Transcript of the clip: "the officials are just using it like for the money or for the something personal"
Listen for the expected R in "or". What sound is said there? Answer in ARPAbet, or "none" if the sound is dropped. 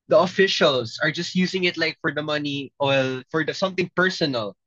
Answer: L